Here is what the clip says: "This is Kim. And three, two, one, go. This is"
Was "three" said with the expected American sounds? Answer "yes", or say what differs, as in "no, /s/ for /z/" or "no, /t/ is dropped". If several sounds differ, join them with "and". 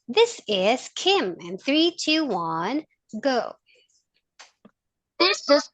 yes